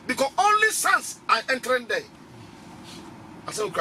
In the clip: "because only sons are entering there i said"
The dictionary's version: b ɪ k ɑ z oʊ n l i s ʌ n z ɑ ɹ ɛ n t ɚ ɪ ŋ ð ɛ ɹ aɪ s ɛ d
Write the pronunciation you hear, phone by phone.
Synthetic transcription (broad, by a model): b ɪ k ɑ oʊ n l i s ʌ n s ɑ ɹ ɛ n t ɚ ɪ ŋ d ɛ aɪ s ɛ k